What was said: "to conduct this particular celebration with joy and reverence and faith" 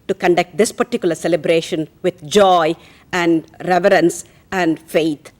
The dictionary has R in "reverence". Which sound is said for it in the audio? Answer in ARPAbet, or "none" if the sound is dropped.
R